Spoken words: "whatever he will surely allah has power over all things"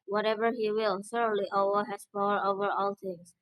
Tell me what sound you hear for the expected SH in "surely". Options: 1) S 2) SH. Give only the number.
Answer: 1